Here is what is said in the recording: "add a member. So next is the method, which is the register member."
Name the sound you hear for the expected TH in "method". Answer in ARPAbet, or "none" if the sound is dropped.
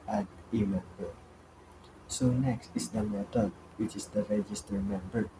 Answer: T